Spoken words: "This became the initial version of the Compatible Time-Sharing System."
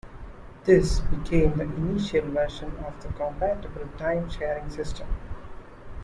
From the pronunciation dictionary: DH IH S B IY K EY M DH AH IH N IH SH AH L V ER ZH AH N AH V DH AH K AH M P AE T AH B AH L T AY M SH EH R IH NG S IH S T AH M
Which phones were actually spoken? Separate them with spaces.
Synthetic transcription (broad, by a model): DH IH S B IY K EY M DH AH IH N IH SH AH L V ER SH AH N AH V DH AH K AH M P AE T AH B AH L T AY M SH EH R IH NG S IH S T AH M